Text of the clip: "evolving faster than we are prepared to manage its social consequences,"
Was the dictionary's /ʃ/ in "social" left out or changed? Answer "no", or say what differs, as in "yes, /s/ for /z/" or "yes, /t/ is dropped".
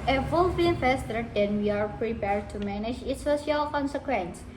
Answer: yes, /ʃ/ is dropped